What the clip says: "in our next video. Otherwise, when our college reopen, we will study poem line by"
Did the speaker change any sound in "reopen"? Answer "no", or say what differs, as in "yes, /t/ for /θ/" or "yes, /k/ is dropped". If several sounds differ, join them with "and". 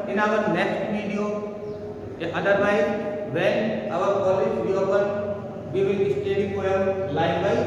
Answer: yes, /w/ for /ɹ/